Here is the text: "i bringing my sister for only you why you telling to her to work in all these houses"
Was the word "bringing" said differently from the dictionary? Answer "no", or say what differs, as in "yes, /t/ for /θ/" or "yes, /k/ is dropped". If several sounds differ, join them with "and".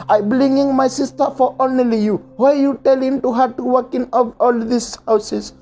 yes, /l/ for /ɹ/